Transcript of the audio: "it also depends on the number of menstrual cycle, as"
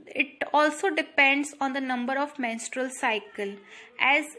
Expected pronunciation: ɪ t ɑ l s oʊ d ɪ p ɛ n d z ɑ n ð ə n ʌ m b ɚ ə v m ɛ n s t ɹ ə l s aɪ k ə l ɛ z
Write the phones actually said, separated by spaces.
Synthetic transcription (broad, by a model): ɪ t ɑ l s oʊ d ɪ p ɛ n d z ɑ n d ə n ʌ m b ɚ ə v m ɛ n s t ɹ ə l s aɪ k ə l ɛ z